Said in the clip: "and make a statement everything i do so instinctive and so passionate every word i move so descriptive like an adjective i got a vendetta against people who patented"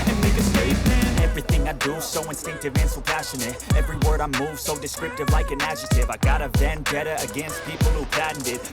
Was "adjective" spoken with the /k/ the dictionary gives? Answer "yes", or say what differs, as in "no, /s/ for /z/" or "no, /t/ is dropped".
no, /k/ is dropped